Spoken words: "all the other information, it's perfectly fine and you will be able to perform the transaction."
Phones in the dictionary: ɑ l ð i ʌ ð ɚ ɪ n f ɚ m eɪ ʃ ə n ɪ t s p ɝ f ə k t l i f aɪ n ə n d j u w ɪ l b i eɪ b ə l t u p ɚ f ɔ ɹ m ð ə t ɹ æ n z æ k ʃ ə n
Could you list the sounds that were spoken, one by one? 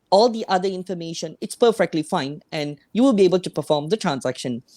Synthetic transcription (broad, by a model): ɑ l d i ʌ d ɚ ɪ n f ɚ m eɪ ʃ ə n ɪ t s p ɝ f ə k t l i f aɪ n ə n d j u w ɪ l b i eɪ b ə l t u p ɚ f ɔ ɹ m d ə t ɹ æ n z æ k ʃ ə n